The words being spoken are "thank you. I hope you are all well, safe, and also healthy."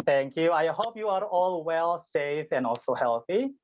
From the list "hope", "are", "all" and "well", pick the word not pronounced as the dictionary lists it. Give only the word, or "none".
hope